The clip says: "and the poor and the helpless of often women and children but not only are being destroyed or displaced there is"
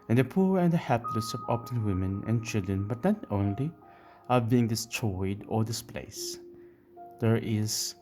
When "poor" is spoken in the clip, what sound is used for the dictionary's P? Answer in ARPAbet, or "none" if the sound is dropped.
P